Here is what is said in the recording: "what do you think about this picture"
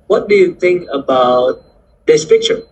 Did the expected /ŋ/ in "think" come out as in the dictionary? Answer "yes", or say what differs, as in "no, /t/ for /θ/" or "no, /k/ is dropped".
yes